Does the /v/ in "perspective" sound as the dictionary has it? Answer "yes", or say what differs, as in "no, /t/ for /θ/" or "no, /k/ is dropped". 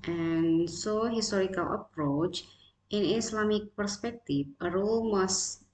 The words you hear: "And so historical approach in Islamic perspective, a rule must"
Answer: no, /f/ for /v/